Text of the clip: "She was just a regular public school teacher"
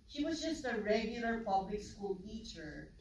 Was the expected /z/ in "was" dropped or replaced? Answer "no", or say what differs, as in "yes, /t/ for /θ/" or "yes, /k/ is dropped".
no